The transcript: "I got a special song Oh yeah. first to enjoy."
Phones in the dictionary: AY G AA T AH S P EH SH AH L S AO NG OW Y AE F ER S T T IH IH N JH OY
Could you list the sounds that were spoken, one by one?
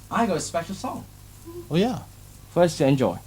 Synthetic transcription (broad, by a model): AY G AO AH S P EH SH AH L S AO NG OW Y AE F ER S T T IH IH N JH OY